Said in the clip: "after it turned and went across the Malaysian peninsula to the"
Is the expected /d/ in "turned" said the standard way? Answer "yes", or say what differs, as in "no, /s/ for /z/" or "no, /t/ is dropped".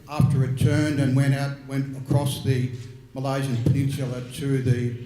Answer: yes